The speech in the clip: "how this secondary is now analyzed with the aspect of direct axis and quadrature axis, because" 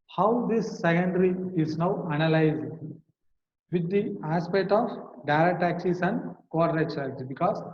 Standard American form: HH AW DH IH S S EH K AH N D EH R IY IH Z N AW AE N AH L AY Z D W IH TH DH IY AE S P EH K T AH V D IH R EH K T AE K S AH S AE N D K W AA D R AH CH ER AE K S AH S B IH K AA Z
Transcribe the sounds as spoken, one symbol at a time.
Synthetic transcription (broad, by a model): HH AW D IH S S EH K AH N D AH R IY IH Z N AW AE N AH L AY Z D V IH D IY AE S P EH K T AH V D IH R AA T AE K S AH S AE N D K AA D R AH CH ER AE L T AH B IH K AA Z